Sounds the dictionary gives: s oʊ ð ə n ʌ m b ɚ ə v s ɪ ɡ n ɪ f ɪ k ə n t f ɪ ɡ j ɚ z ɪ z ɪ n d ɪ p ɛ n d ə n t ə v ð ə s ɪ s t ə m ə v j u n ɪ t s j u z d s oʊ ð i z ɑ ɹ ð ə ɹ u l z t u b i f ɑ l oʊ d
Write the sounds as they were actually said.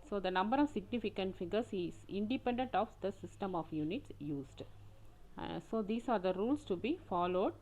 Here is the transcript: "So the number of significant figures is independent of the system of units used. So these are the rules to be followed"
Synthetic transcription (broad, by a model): s oʊ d ə n ʌ m b ɚ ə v s ɪ ɡ n ɪ f ɪ k ə n t f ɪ ɡ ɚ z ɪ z ɪ n d ɪ p ɛ n d ə n t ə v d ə s ɪ s t ə m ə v j u n ɪ t s j u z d s oʊ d i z ɑ ɹ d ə ɹ u l s t u b i f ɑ l oʊ d